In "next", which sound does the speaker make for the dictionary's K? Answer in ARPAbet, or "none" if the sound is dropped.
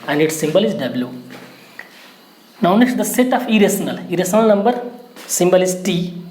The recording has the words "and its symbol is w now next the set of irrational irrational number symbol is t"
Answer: none